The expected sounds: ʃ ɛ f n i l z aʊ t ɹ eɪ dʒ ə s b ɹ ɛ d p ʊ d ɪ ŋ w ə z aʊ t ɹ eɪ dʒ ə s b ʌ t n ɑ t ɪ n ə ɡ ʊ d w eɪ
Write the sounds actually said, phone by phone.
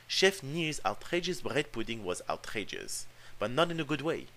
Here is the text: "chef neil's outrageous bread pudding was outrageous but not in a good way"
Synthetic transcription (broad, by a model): ʃ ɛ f n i z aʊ t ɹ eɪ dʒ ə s b ɹ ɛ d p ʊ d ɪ ŋ w ə z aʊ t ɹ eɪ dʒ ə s b ʌ t n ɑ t ɪ n ə ɡ ʊ d w eɪ